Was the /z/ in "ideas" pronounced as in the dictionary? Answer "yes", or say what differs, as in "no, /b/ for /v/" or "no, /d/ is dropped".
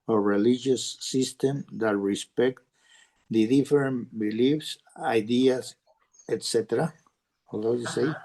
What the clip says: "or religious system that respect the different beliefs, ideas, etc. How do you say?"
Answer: no, /s/ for /z/